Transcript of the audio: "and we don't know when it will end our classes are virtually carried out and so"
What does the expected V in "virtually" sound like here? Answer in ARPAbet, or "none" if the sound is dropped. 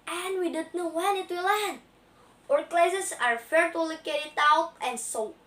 F